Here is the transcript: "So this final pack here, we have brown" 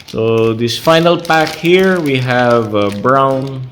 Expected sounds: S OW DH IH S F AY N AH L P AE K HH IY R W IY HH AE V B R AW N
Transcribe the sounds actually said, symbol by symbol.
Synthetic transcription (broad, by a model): S OW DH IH S F AY N AH L P AE K HH IY R W IY HH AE V B R AW N